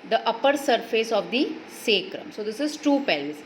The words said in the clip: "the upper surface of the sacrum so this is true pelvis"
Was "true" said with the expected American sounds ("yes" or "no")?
no